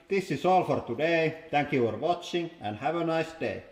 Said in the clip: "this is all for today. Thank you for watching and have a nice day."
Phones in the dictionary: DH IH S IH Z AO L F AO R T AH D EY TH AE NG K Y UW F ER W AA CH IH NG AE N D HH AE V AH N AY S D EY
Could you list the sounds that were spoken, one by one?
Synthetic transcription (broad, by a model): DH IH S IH S AO L F AO R T AH D EY T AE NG K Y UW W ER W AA CH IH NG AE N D HH AE V AH N AY S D EY